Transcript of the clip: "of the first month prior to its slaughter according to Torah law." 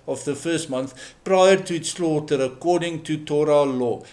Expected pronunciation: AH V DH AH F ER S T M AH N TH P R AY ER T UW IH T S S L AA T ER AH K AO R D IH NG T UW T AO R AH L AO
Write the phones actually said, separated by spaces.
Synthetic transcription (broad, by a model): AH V DH AH F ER S T M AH N TH P R AY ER T UW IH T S S L AA T ER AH K AO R D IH NG T UW T AO R AH L AO